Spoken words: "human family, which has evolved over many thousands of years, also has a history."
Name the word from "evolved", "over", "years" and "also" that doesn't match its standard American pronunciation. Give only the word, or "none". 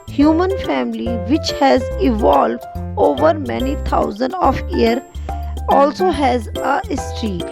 years